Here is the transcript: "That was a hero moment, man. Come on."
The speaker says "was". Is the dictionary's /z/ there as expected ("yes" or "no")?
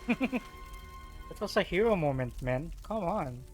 no